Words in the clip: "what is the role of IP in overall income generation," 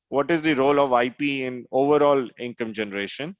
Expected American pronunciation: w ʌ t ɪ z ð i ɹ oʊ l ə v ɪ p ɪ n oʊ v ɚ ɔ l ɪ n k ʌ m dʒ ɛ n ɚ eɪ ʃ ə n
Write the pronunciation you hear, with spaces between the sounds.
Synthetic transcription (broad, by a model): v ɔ t ɪ z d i ɹ oʊ l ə v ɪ p ɪ n oʊ v ɚ ɔ l ɪ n k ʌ m dʒ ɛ n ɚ eɪ ʃ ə n